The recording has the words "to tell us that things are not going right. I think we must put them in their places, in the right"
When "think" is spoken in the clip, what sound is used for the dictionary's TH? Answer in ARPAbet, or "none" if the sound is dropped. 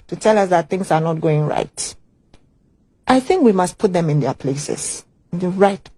TH